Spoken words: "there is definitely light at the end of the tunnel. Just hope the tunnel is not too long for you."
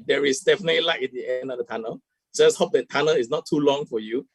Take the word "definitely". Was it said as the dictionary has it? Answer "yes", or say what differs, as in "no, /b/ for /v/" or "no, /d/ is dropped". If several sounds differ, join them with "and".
yes